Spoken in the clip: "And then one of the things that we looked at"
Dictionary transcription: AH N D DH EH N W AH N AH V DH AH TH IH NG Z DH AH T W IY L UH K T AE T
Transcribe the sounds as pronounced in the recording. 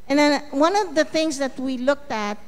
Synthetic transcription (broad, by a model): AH N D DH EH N W AH N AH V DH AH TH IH NG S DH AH T W IY L UH K T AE T